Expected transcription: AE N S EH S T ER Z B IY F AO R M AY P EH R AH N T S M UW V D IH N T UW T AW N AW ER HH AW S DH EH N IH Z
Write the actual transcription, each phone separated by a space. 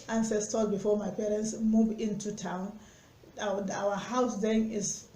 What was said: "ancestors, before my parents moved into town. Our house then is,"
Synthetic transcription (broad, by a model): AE N S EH S T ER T B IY F AO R M AY P EH R AH N T S M UW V IH N T UW T AW N AW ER HH AW S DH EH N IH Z